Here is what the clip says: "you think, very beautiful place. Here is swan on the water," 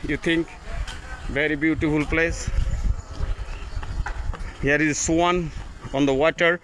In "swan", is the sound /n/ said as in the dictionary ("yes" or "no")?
yes